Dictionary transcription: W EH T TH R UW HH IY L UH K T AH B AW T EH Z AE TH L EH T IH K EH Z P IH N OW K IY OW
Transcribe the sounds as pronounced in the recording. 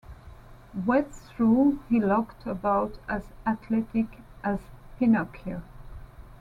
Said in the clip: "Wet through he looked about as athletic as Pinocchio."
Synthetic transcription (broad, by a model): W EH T S R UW HH IY L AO K T AH B AW T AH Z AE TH L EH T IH K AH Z P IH N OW K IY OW